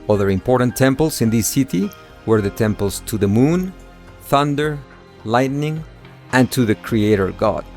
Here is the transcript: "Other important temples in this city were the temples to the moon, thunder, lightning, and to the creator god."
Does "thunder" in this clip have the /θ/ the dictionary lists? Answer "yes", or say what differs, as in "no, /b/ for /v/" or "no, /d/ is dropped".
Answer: yes